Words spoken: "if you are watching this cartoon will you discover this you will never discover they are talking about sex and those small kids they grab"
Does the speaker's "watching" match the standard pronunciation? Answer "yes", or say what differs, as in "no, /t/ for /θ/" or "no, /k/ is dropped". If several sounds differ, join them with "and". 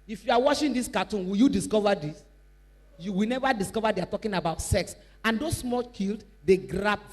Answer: no, /ʃ/ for /tʃ/